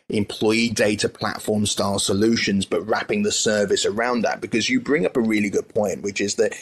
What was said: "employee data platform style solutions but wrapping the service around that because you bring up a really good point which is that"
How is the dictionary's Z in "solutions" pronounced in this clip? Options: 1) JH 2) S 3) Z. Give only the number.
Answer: 3